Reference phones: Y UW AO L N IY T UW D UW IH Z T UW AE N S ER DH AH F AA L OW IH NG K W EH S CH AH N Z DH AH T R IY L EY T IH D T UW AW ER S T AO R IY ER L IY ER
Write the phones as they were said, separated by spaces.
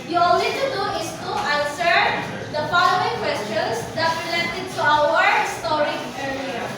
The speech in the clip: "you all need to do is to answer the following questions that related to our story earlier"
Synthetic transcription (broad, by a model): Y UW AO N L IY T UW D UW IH S T UW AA N S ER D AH P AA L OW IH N K W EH S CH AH N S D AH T R IY L EY T IH D T UW AW ER S T AO R IY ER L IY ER